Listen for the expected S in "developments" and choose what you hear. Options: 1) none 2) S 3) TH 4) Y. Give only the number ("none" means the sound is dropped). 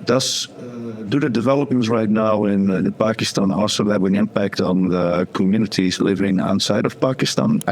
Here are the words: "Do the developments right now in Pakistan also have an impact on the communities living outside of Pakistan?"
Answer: 1